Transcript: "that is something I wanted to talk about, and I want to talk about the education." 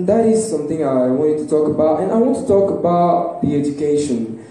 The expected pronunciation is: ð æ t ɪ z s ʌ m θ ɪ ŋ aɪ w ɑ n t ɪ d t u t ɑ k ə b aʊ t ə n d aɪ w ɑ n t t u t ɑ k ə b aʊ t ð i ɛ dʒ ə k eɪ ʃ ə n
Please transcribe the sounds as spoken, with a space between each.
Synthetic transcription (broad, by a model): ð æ t ɪ z s ʌ m θ ɪ ŋ aɪ w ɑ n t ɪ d t u t ɑ k ə b aʊ t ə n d aɪ w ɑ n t t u t ɑ k ə b aʊ t ð i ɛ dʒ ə k eɪ ʃ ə n